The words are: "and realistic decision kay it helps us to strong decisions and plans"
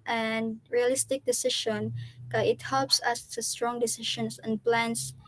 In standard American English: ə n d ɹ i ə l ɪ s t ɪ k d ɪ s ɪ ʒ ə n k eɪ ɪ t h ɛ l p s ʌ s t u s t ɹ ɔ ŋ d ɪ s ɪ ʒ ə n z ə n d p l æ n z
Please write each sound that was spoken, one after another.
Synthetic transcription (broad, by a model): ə n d ɹ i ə l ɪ s t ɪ k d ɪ s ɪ ʃ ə n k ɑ ɪ t h ɛ l p s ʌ s t u s t ɹ ɔ ŋ d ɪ s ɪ ʃ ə n s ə n p l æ n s